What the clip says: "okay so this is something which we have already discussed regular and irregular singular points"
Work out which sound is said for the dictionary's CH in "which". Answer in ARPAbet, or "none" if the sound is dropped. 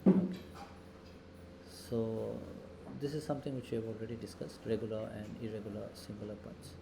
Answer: CH